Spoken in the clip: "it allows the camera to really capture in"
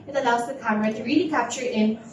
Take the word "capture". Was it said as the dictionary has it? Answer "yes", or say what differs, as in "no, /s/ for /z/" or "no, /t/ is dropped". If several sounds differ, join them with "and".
yes